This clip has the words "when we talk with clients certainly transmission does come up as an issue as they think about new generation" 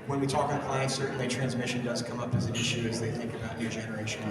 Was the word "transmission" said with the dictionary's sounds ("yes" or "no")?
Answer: yes